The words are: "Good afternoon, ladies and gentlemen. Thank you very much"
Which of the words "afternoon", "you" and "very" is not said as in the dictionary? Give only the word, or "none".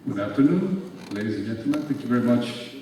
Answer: none